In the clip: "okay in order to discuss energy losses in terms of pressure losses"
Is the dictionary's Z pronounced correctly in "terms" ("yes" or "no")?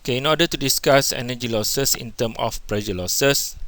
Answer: no